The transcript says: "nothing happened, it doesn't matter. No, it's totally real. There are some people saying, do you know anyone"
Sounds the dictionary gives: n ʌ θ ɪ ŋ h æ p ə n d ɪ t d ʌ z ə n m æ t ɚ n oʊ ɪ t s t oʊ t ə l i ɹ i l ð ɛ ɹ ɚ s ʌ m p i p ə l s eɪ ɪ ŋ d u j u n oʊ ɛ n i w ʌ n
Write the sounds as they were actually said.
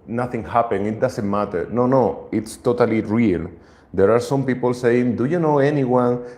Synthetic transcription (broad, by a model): n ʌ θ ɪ ŋ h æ p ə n ɪ t d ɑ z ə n m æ t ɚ n oʊ ɪ t s t oʊ t ə l i ɹ i l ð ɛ ɹ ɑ s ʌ m p i p ə l s eɪ ɪ ŋ d u j u n oʊ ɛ n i w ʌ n